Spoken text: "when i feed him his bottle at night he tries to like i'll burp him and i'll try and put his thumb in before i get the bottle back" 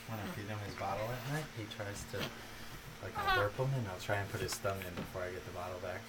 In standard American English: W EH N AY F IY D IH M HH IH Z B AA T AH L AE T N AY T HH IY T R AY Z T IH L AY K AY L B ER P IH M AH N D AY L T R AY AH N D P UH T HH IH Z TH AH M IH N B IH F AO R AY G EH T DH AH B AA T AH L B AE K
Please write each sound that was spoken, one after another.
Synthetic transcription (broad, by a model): W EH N AY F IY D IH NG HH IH Z B AA T L AE T N AY T HH IY T R AY Z T IH L AY K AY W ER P IH M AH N AY L T R AY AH N P UH T HH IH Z T AH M IH N B IH F AO R AY G EH T DH AH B AA T L B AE K